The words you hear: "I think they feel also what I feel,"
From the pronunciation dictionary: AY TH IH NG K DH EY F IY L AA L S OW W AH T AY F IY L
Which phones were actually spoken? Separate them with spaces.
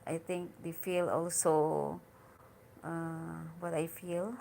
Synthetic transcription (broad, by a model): AY T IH NG K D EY F IY L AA L S OW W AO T AY F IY L